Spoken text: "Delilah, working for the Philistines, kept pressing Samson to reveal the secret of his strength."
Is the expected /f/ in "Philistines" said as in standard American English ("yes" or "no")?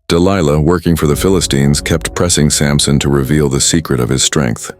yes